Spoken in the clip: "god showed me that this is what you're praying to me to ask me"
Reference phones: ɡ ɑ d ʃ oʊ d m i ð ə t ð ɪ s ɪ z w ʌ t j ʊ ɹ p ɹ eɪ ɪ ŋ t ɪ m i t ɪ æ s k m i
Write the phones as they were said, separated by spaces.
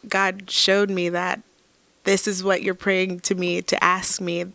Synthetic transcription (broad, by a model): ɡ ɑ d ʃ oʊ d m i ð ə t ð ɪ s ɪ z w ʌ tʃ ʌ ɹ p ɹ eɪ ɪ ŋ t ɪ m i t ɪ æ s k m i